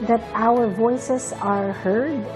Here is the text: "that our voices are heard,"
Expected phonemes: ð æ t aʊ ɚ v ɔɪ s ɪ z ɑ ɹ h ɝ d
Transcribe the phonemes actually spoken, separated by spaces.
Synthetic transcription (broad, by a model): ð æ t aʊ ɚ v ɔɪ s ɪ s ɑ ɹ h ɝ d